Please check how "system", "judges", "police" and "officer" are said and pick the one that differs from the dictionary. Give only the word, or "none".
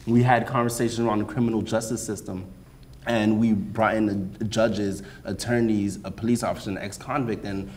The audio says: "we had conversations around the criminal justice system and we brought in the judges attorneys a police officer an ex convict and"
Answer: none